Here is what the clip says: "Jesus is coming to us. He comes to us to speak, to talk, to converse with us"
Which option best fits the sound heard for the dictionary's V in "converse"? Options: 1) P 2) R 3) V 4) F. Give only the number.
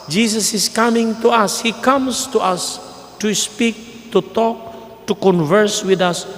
3